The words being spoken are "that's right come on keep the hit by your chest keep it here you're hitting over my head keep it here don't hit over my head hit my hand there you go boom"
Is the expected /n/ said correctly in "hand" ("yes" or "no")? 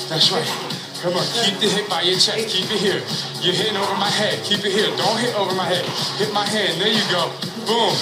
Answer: no